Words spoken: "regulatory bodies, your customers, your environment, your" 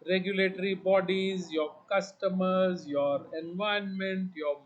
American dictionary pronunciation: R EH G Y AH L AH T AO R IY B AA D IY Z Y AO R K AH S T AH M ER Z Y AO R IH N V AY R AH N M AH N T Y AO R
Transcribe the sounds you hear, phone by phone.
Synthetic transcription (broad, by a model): R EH G Y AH L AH T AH R IY B AA D IY Z Y AO R K AH S T AH M ER Z Y AO R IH N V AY AH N M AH N T Y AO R